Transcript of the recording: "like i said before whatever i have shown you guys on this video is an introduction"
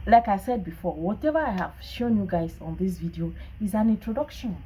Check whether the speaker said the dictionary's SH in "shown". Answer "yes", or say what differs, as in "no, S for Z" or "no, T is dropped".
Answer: yes